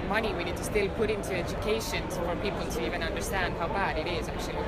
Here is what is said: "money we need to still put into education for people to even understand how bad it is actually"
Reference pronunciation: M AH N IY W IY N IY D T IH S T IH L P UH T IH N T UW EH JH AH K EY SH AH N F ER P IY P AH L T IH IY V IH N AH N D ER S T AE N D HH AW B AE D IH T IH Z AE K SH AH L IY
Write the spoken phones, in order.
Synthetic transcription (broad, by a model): M AH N IY W IY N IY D T IH S T IH L P UH T IH N T UW EH JH AH K EY SH AH N F ER P IY P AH L T IH IY V IH N AH N D ER S T AE N D HH AW B AE D IH T IH Z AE K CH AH L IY